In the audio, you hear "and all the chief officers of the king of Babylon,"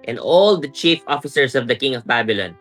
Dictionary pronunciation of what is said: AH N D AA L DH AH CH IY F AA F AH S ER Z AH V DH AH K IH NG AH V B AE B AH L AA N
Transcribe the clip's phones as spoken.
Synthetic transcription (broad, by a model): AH N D AA L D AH CH IY F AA F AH S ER S AH V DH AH K IH NG AH V B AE B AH L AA N